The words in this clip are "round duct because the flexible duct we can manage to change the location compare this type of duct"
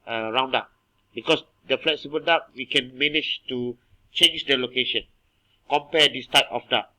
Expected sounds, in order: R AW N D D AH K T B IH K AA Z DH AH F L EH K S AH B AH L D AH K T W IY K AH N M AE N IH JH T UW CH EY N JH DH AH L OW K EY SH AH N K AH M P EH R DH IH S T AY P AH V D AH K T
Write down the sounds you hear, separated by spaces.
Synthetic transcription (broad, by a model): R AW N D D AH T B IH K AA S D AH F L EH K S AH B AH L D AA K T W IY K AH N M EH N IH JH T UW CH EY N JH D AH L OW K EY SH AH N K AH M P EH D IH S T AY P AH F D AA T